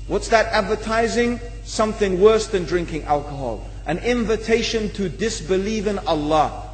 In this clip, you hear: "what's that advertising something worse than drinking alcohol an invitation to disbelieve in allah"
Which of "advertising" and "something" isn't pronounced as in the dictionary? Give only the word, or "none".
none